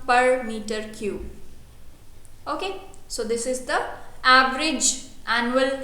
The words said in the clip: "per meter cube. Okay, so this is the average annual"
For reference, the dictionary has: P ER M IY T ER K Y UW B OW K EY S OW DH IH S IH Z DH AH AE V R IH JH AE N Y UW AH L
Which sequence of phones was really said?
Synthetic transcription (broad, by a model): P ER M IY T ER K Y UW OW K EY S OW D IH S IH Z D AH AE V R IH JH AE N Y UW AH L